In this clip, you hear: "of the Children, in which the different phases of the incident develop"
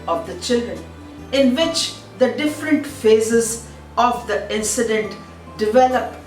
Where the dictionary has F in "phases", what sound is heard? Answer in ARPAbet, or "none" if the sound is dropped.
F